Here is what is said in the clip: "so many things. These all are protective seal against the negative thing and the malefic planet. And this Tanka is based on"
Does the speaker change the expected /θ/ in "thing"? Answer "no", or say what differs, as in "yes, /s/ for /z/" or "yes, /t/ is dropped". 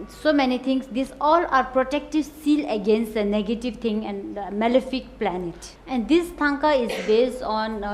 yes, /t/ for /θ/